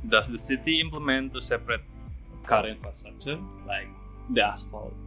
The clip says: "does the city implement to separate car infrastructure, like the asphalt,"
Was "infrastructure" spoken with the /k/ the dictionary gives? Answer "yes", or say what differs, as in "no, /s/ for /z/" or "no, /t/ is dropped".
no, /k/ is dropped